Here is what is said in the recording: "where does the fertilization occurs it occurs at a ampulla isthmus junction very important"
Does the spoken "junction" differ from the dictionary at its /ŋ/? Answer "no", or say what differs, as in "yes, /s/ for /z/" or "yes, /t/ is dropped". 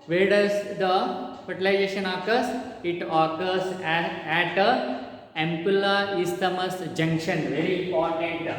no